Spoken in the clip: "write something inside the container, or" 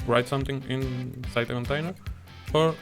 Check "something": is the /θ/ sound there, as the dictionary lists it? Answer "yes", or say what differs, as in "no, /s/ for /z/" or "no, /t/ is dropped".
no, /t/ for /θ/